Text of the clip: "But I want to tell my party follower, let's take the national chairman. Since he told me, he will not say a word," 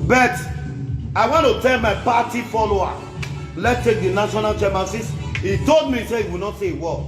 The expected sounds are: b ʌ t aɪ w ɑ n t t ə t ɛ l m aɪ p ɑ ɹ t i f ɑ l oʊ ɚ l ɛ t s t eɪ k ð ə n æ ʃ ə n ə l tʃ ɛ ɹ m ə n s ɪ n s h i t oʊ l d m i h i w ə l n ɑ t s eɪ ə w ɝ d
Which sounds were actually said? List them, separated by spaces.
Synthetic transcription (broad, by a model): b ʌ t aɪ w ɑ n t t ə t ɛ l m aɪ p ɑ t i f ɑ l oʊ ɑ l ɛ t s t eɪ k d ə n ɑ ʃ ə n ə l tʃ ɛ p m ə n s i s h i t oʊ l d m i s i w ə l n ɑ t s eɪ w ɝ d